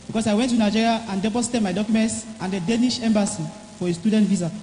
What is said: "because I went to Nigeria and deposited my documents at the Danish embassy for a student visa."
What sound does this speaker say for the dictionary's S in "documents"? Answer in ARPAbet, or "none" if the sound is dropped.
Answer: S